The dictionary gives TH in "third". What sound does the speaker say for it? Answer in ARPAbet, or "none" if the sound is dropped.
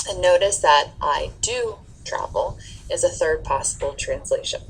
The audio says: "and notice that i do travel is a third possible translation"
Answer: TH